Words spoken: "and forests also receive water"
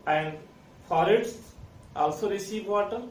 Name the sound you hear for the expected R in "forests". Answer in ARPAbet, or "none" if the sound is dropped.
L